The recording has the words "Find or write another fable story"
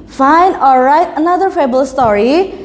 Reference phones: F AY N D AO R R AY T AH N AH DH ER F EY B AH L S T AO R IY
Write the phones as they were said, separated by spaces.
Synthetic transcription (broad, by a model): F AY N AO L R AY T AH N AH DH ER F EY B AH L S T AO R IY